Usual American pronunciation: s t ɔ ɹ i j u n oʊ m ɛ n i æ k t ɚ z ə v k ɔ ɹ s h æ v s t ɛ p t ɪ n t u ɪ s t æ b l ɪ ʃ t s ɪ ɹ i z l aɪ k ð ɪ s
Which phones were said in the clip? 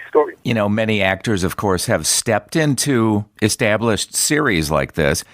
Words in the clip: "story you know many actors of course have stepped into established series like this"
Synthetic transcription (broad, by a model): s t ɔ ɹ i j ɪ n oʊ m ɛ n i æ k t ɚ z ə v k ɔ ɹ s h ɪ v s t ɛ p t ɪ n t u ɪ s t æ b l ɪ ʃ t s ɪ ɹ i z l aɪ k ð ɪ s